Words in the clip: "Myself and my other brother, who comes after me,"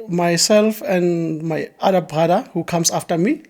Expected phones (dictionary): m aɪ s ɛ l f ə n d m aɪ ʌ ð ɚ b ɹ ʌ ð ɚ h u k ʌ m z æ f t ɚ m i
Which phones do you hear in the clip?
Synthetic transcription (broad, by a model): m aɪ s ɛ l f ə n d m aɪ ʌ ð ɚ b ɹ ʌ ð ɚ h u k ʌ m s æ f t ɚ m i